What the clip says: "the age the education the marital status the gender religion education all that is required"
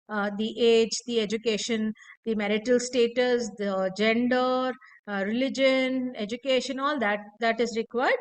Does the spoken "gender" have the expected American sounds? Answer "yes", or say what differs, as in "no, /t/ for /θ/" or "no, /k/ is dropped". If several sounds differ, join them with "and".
yes